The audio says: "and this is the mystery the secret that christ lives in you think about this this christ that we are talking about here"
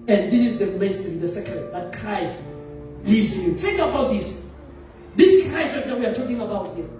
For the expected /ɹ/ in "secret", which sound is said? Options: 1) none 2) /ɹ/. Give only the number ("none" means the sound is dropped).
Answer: 1